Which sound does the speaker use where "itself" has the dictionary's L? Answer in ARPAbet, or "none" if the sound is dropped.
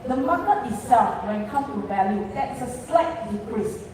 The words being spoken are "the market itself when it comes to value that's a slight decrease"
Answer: none